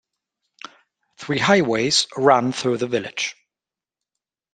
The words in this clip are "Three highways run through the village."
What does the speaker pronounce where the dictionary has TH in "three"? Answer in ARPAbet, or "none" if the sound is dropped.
TH